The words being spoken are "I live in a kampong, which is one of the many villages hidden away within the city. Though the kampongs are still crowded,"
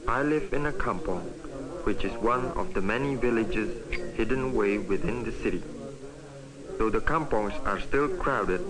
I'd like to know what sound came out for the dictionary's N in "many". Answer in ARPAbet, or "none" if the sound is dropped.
N